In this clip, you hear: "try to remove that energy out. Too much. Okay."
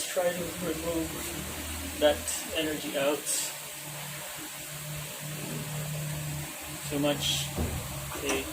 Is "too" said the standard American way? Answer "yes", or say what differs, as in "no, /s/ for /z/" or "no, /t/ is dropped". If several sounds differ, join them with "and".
no, /s/ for /t/